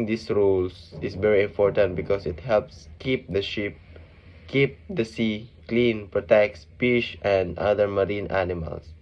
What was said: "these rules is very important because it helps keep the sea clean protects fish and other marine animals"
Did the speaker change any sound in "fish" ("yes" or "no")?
yes